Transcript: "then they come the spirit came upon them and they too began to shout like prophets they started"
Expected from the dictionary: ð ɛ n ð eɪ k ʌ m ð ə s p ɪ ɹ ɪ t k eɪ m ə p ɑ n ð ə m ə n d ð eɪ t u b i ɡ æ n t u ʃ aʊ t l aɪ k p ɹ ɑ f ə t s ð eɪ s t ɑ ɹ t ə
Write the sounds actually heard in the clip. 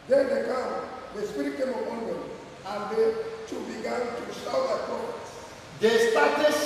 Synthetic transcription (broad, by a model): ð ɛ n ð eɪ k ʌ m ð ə s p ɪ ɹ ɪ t k eɪ m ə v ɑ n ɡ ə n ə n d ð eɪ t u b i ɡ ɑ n t u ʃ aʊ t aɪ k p ɑ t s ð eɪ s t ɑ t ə